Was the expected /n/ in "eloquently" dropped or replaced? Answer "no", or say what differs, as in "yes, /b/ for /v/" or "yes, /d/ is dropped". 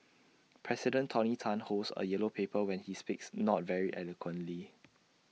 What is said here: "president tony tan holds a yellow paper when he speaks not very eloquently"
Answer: no